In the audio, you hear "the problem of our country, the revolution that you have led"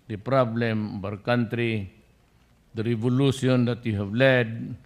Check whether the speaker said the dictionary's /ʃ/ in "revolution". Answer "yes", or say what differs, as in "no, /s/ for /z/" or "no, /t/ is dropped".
no, /s/ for /ʃ/